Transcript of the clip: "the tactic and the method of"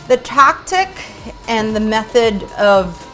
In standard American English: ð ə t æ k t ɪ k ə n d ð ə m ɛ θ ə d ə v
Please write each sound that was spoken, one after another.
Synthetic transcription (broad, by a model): ð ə t æ k t ɪ k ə n ð ə m ɛ θ ə d ə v